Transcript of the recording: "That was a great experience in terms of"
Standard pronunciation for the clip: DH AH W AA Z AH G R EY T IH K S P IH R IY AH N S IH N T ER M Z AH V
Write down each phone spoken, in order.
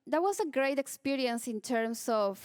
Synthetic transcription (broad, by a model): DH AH W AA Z AH G R EY T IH K S P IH R IY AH N S IH N T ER M S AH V